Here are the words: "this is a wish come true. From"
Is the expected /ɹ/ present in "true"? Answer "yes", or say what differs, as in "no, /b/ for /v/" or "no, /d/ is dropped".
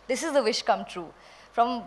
yes